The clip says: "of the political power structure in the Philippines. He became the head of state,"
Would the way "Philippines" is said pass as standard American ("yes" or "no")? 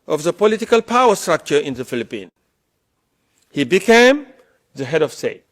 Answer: no